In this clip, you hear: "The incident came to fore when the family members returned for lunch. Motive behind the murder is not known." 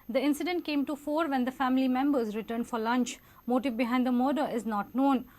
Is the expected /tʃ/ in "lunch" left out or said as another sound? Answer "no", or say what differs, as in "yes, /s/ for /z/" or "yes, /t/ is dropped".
no